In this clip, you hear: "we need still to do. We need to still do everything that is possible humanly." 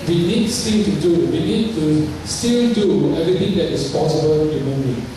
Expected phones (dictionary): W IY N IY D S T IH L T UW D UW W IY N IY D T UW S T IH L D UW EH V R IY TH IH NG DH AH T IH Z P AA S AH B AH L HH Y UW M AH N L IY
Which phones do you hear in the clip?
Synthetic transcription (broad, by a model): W IY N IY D S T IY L T UW D UW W IY N IY D T UW S T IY L D UW EH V R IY T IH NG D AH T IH S P AA S AH B AH L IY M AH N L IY